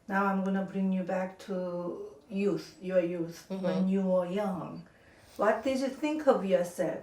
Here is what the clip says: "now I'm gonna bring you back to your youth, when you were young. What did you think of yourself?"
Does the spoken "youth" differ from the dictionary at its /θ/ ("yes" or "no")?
no